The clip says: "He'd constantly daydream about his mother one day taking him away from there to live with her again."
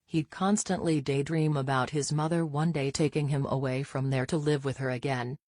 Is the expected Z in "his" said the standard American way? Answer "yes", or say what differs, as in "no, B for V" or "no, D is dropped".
yes